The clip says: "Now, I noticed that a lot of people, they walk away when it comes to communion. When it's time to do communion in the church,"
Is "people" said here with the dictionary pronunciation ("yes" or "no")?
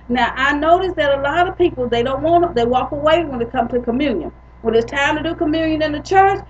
no